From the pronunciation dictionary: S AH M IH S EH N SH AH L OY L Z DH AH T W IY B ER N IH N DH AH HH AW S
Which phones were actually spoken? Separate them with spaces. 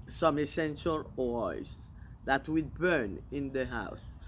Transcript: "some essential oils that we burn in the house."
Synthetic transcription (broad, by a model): S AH M IH S EH N SH AH L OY Z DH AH T W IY B ER N IH N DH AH HH AW S